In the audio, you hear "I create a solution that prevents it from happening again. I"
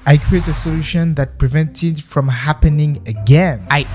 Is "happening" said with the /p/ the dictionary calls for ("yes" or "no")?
yes